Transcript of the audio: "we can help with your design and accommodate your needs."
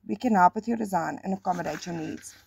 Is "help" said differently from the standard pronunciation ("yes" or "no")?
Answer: yes